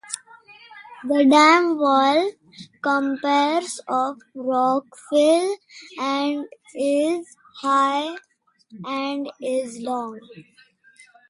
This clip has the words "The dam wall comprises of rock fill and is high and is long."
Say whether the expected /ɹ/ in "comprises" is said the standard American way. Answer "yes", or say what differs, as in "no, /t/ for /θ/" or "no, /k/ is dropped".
no, /ɹ/ is dropped